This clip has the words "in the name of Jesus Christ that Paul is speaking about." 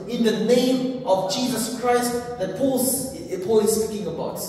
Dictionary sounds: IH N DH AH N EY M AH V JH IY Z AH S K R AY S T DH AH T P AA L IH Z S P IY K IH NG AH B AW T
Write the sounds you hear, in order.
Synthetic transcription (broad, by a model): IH N DH AH N EY M AH V JH IY Z AH S K R AY S T DH AH T P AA L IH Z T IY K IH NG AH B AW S